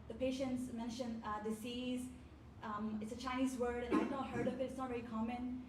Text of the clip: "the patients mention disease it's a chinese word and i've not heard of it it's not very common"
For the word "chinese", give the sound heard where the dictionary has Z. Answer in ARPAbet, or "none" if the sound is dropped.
Z